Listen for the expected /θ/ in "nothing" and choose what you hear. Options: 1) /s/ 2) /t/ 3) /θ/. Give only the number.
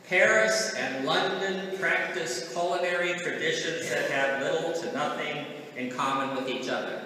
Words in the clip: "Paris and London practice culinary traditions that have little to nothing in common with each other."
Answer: 3